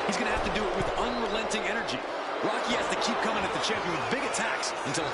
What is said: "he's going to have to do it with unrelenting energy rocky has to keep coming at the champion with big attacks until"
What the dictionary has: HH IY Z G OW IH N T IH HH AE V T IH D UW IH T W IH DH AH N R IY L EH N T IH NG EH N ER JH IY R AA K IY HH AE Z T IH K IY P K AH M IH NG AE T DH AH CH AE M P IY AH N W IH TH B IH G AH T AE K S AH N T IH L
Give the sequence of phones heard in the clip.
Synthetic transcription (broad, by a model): HH IY Z G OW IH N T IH HH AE F T IH D IH T W IH DH AH N R IY L EH N T IH NG EH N ER JH IY R AA K IY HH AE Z T IH K IY P K AH M IH NG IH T DH AH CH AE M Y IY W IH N B IH G AH T AE K S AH N T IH L